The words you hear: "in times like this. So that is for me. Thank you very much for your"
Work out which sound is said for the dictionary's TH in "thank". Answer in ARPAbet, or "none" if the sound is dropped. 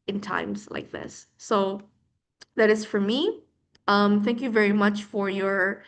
TH